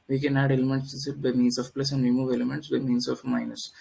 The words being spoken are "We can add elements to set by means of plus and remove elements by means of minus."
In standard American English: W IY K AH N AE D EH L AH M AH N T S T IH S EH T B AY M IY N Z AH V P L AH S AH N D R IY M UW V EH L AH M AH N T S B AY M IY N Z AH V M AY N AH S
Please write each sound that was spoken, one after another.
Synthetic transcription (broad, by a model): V IY K AH N AE D EH L AH M AH N T S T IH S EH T B AY M IY N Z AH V P L AH S AH N D R IY M UW V EH L AH M AH N T S B AY M IY N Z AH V M AY N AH S